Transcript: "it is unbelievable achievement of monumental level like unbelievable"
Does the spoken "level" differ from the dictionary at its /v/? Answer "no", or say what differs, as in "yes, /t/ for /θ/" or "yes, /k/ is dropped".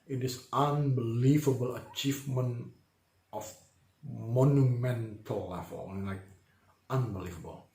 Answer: yes, /f/ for /v/